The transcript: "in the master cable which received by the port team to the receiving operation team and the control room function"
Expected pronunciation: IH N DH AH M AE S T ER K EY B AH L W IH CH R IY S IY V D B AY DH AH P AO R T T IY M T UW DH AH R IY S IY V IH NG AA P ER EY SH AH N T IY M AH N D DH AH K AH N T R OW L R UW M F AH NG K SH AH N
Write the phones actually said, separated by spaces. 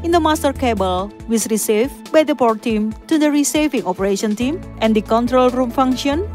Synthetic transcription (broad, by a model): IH N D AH M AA S T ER K EY B AH L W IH S R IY S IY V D B AY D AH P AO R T T IY M T UW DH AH R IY S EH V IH NG AA P ER EY SH AH N T IY M AH N D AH K AH N T R OW L R UW M F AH NG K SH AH N